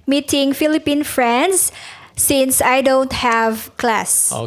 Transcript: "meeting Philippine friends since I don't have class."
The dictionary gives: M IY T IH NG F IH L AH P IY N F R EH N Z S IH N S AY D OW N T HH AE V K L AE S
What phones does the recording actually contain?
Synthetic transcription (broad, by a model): M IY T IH NG F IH L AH P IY N F R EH N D S IH N S AY D OW N T HH AE V K L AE S